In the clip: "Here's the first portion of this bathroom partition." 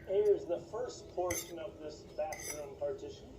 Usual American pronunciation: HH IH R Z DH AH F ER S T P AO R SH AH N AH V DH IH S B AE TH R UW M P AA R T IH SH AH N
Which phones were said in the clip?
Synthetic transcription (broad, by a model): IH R Z DH AH F ER S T P AO R SH AH N AH V DH IH S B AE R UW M P AA R T IH SH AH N